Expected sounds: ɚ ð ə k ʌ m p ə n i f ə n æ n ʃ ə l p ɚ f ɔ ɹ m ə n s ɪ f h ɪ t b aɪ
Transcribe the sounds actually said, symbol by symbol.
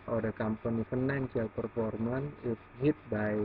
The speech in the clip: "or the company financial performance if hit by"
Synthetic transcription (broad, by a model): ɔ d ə k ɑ m p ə n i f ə n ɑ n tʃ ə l p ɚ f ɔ ɹ m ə n ɪ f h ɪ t b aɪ